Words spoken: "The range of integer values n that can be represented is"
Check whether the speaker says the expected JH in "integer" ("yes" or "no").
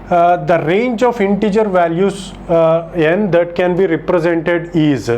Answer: yes